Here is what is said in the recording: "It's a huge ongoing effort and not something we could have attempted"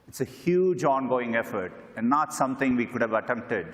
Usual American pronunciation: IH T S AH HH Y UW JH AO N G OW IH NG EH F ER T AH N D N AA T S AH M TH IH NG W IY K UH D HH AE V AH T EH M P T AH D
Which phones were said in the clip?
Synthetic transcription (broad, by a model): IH T S AH HH Y UW JH AO N G OW IH NG EH F ER T AH N D N AA T S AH M T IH NG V IY K UH D HH AE V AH T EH M P T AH D